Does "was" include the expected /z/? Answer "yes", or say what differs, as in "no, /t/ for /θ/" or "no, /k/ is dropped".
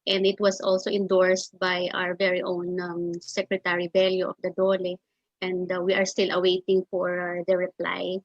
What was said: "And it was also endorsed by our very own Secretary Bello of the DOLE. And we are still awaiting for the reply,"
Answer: no, /s/ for /z/